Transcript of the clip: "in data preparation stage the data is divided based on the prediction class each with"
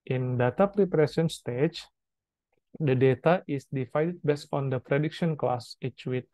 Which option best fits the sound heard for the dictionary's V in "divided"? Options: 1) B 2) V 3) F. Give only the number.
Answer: 3